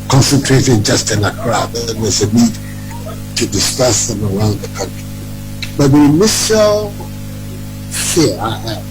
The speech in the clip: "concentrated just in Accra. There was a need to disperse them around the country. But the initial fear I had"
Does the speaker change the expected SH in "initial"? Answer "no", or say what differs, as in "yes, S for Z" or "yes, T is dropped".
yes, S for SH